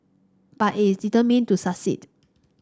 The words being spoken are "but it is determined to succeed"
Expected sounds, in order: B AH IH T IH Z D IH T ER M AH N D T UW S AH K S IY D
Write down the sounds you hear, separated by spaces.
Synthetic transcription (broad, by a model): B IH T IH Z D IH T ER M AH N T UW S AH S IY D